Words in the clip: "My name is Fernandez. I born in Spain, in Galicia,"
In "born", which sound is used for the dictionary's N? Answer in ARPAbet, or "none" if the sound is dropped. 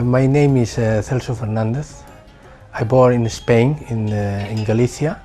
none